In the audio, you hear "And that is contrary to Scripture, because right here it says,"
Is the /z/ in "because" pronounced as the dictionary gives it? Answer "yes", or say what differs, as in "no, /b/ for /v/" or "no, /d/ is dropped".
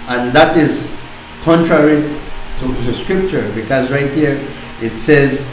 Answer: yes